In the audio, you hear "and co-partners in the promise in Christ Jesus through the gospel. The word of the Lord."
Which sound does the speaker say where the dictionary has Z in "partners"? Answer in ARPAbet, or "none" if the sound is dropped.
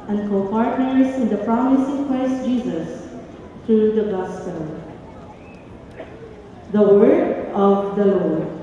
S